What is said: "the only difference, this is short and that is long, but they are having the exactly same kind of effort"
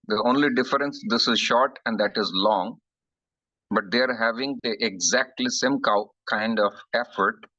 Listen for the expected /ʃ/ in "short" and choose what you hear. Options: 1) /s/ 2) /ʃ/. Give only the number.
2